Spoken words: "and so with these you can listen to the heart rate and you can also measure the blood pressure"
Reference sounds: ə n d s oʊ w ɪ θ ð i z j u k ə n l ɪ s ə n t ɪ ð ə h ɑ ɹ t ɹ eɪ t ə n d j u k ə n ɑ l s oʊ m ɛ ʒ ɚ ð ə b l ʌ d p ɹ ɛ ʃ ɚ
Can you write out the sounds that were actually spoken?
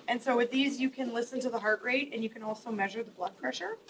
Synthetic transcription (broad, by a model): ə n s oʊ w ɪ ð i z j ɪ k ə n l ɪ s ə n t ɪ ð ə h ɑ ɹ t ɹ eɪ t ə n j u k ə n ɑ l s oʊ m ɛ ʒ ɚ ð ə b l ʌ d p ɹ ɛ ʃ ɚ